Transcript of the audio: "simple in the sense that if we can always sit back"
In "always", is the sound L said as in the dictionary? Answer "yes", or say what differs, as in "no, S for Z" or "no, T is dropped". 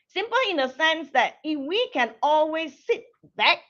yes